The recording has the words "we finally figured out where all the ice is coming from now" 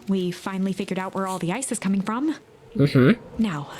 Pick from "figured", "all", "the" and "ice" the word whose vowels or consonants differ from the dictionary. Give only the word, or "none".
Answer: none